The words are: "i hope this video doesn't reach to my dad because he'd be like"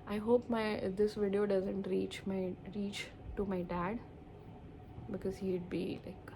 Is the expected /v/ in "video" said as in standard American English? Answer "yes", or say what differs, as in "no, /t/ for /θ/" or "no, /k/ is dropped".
yes